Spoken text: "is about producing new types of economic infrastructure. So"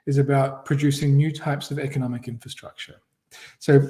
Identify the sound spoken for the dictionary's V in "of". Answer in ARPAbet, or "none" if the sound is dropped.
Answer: V